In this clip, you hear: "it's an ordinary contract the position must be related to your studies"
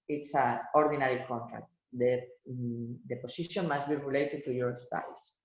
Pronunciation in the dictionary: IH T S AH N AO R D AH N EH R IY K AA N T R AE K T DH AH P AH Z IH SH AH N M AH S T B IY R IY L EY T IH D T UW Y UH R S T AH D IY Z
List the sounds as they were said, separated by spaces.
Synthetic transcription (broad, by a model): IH T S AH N AO R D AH N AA R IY K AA N T R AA K T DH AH P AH S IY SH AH N M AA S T B IY R IY L EY T IH D T UW Y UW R S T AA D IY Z